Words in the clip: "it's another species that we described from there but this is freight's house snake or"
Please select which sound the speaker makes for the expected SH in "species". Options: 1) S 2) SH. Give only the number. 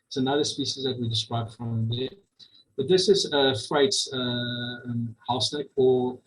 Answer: 2